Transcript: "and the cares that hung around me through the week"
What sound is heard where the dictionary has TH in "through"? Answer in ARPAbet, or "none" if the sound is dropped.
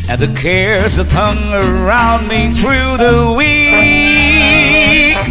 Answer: TH